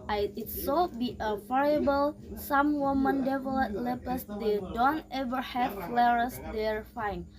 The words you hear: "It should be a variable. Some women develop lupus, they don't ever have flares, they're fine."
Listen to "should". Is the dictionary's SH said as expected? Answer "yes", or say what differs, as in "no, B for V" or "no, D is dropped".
no, S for SH